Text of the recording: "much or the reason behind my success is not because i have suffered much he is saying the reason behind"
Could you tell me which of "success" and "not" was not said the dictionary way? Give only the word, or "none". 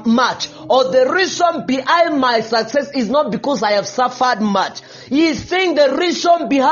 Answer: none